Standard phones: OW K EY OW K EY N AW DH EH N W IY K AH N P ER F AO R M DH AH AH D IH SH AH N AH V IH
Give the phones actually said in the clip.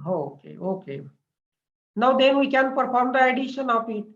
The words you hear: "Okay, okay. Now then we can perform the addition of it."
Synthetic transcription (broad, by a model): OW K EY OW K EY N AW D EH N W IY K AH N P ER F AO R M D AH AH D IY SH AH N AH P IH